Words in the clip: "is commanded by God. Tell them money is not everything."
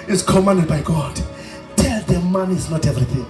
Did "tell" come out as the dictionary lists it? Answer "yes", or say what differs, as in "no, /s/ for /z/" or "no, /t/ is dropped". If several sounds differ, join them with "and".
yes